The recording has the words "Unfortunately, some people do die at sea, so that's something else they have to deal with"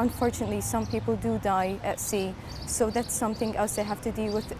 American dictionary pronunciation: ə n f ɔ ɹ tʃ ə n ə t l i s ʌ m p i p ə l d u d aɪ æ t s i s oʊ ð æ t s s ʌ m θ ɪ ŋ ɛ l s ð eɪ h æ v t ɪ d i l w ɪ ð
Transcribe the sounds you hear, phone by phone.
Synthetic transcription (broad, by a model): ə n f ɔ ɹ tʃ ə n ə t l i s ʌ m p i p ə l d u d aɪ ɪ t s i s oʊ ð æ t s s ʌ m θ ɪ ŋ ɛ l s ð eɪ h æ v t ɪ d i l w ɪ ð